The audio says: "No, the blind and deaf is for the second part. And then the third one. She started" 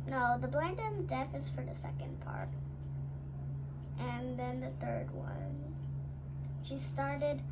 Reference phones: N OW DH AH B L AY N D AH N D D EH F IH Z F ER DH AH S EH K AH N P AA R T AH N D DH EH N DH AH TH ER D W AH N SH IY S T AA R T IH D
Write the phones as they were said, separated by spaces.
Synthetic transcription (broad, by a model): N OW DH AH B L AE N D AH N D D EH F IH Z F ER DH AH S EH K AH N P AA R T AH N DH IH N DH AH TH ER D W AH N SH IY S T AA R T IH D